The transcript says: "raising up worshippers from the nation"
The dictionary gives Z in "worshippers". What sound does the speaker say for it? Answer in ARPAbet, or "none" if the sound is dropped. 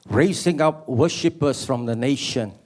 S